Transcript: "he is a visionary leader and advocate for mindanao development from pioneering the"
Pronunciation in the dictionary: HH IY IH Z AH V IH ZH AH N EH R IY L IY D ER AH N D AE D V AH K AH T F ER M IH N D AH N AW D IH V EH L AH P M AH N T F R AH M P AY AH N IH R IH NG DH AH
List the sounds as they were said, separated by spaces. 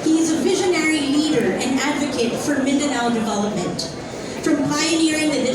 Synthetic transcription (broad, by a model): HH IY IH Z AH V IH ZH AH N EH R IY L IY D ER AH N AE D V AH K AH T F ER M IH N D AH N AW D IH V EH L AH P M AH N T F R AH M P AY AH N IH R IH NG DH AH